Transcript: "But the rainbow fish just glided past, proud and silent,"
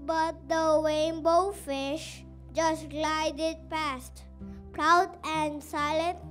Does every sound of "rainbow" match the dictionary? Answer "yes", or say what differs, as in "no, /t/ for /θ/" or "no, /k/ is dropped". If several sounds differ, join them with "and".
no, /w/ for /ɹ/